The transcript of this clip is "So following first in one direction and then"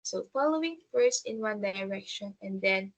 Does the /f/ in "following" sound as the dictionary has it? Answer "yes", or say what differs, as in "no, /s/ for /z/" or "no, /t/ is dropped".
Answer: yes